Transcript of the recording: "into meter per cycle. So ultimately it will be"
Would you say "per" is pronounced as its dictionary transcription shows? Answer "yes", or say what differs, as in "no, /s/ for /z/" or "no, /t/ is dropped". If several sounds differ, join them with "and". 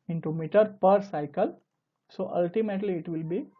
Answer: yes